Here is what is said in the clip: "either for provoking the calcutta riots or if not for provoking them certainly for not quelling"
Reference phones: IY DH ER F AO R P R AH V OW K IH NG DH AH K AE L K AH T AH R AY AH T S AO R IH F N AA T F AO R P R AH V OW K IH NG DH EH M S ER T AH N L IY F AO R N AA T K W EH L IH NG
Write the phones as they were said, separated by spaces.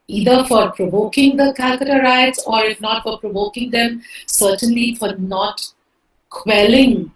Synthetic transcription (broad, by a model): IY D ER F AO R P R AH V OW K IH NG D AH K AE K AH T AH R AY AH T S AO R IH F N AA T F AO R P R AH V OW K IH NG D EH M S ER T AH N L IY F AO R N AA T K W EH L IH NG